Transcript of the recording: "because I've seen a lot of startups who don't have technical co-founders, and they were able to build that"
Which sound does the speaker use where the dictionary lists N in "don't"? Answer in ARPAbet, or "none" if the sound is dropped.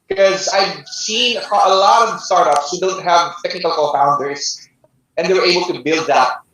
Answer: L